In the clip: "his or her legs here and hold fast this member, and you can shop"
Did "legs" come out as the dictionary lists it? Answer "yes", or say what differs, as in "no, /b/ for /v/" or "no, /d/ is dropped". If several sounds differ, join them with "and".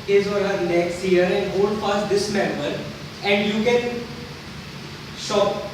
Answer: no, /n/ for /l/